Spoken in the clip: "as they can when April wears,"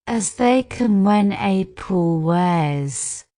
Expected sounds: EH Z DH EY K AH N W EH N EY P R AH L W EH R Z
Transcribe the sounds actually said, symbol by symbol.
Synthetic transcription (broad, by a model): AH Z DH EY K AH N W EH N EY P AH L W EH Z